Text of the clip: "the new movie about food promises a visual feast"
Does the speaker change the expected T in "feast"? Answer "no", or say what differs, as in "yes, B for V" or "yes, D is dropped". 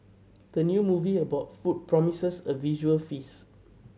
yes, T is dropped